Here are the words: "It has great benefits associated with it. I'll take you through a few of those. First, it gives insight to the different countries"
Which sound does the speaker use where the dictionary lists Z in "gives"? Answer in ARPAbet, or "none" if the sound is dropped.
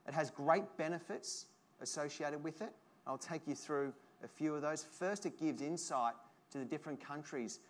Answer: Z